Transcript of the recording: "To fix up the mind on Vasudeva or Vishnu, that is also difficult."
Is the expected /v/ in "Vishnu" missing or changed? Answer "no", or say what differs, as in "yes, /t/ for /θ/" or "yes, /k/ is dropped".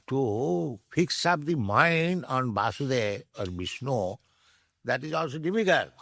yes, /b/ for /v/